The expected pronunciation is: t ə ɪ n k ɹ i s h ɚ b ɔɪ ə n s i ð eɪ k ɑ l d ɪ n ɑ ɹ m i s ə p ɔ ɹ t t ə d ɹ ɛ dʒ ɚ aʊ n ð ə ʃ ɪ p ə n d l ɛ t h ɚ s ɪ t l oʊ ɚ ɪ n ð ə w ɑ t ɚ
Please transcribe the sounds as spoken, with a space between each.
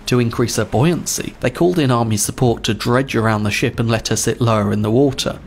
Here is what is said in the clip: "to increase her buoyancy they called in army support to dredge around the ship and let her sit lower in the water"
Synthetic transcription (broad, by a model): t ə ɪ n k ɹ i s h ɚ b ɔɪ ə n s i ð eɪ k ɑ l d ɪ n ɑ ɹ m i s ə p ɔ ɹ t t ə d ɹ ɛ dʒ ɚ aʊ n ð ə ʃ ɪ p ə n l ɛ t h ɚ s ɪ t l oʊ ɚ ɪ n ð ə w ɑ t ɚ